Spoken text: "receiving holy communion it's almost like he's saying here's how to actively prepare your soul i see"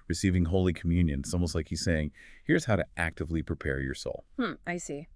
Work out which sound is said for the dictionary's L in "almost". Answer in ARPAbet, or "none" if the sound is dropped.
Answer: none